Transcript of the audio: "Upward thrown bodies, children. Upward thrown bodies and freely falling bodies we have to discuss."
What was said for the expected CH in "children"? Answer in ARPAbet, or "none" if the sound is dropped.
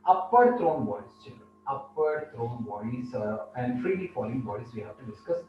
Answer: CH